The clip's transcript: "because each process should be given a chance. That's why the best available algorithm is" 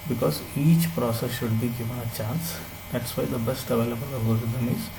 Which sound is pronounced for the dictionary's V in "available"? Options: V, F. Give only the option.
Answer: V